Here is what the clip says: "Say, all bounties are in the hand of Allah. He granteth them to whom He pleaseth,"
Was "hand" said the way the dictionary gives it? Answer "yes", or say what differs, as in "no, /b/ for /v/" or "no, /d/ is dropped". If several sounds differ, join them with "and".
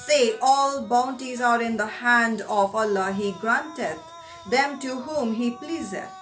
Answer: yes